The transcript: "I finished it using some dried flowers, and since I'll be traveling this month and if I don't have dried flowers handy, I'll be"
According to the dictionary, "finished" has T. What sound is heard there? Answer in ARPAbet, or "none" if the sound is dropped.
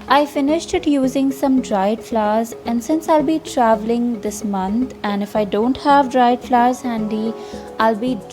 T